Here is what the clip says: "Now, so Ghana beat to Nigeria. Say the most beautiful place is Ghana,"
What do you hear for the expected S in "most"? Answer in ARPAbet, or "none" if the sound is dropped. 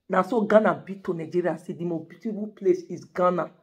none